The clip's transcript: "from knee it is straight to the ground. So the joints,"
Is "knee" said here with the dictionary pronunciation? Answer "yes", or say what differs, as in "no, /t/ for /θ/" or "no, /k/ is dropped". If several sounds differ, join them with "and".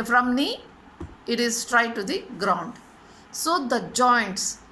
yes